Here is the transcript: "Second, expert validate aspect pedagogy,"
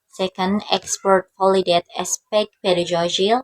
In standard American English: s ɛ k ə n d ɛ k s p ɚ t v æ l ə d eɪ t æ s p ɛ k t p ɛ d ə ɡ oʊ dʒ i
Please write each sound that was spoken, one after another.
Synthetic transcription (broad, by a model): s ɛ k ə n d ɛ k s p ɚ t f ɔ l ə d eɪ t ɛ s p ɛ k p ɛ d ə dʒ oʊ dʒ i